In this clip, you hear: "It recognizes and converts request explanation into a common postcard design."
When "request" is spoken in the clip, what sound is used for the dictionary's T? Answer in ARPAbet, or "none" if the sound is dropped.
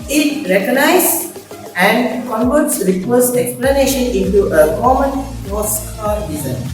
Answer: none